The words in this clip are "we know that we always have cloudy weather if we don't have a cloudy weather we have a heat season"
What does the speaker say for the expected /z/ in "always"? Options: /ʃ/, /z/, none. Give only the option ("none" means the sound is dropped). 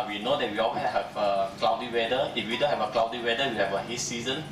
none